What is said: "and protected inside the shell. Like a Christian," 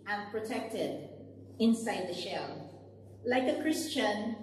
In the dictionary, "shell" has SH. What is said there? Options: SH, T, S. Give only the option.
SH